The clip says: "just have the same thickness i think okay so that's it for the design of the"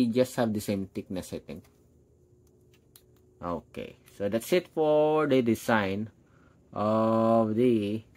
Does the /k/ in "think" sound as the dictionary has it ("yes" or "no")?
no